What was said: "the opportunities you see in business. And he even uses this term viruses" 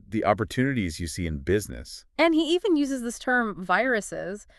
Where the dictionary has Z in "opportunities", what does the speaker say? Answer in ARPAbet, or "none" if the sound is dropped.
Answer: Z